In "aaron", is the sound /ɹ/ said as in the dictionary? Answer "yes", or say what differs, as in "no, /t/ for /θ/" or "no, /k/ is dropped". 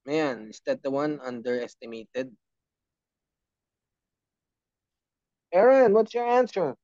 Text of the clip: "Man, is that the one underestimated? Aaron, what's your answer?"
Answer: yes